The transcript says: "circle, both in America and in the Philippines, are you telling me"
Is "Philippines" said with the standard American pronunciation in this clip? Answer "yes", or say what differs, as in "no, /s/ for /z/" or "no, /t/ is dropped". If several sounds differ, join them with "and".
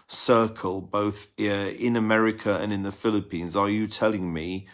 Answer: yes